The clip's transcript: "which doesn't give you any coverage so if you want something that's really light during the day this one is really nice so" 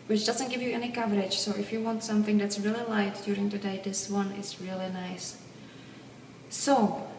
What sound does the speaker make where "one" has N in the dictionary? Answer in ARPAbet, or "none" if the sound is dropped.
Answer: N